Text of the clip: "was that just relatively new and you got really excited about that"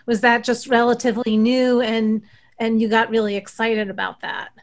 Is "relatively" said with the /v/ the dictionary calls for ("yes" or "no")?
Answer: yes